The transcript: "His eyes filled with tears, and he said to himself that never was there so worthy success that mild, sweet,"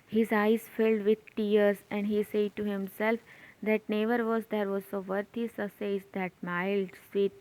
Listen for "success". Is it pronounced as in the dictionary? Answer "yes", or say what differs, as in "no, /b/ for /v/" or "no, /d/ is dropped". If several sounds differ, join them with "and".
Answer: no, /k/ is dropped